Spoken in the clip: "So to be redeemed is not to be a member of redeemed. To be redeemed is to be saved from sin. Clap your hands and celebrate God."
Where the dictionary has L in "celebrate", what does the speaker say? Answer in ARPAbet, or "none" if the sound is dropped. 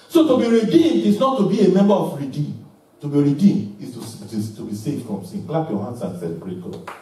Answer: none